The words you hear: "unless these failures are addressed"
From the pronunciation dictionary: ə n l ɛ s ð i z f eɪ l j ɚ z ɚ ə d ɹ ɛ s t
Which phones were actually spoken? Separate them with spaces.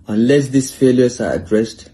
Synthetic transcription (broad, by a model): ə n l ɛ s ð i s f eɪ l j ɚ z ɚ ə d ɹ ɛ s t